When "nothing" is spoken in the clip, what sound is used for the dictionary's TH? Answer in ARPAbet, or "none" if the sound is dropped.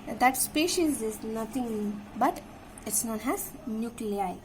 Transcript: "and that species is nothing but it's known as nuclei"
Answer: T